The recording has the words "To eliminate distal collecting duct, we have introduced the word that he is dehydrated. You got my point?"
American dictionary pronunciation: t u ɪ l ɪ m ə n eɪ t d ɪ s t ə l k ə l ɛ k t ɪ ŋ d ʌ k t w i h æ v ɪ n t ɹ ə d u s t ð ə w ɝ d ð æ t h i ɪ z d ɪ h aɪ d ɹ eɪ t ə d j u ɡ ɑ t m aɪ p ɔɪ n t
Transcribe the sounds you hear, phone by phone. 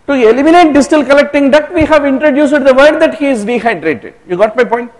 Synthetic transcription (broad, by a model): t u ɪ l ɪ m ə n eɪ t d ɪ s t ə l k ə l ɛ k t ɪ ŋ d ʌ t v i h æ v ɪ n t ɹ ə d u s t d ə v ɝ d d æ t h i ɪ z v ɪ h aɪ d ɹ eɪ t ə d j u ɡ ɑ t m aɪ p ɔɪ n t